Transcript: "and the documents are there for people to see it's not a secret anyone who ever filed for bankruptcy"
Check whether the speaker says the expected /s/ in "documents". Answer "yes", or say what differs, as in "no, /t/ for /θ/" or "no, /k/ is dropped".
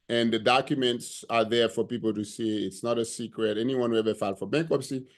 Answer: yes